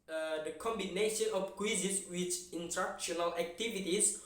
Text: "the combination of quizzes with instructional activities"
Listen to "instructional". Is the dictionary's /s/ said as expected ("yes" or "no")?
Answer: no